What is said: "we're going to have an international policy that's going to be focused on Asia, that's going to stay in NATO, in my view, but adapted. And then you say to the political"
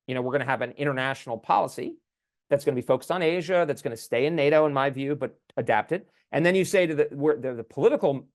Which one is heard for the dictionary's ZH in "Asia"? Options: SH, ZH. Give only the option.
ZH